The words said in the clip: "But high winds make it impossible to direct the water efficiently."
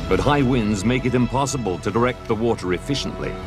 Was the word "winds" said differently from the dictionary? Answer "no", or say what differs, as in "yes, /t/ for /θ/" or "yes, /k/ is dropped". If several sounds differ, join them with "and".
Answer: no